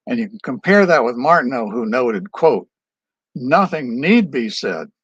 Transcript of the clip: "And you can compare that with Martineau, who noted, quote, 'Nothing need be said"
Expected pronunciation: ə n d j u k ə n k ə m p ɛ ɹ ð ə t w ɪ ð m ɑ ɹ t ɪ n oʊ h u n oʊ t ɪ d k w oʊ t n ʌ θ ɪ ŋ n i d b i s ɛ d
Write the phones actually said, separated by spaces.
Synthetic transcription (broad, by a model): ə n j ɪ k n k ə m p ɛ ɹ ð ə t w ɪ ð m ɑ ɹ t n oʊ h u n oʊ t ɪ d k w oʊ t n ʌ θ ɪ ŋ n i d b i s ɛ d